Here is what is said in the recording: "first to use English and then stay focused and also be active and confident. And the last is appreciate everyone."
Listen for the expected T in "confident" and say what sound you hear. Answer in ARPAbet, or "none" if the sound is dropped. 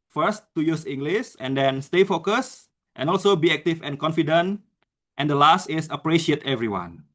T